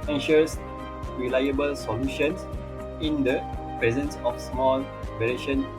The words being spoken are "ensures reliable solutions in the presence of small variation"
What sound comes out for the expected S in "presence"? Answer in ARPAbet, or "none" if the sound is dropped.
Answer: S